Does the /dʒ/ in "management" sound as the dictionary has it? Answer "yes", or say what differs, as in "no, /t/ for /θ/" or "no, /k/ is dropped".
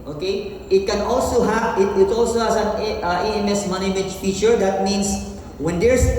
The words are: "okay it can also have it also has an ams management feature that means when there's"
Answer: no, /dʒ/ is dropped